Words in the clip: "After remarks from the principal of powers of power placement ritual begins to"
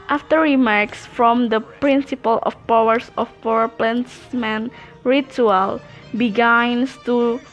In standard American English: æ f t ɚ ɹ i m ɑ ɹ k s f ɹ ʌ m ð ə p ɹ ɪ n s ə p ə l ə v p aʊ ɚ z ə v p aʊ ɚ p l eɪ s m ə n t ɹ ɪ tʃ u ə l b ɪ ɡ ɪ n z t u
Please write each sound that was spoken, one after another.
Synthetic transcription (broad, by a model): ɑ f t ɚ ɹ i m ɑ ɹ k s f ɹ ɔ m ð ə p ɹ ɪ n s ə p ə l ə f p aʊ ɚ s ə f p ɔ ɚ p l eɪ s m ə n ɹ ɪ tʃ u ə l b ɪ ɡ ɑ n s t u